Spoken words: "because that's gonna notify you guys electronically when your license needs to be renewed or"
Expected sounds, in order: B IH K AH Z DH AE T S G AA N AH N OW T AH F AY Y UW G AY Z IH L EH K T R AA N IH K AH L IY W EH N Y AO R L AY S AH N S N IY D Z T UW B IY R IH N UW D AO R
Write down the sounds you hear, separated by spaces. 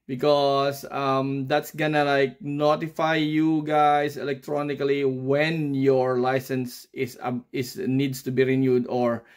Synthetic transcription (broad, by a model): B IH K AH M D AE T S G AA N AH N OW T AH F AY Y UW G AY S IH L EH K T R AA N IH K AH L IY W EH N Y AO R L AY S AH N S N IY D S T UW B IY R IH N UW D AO R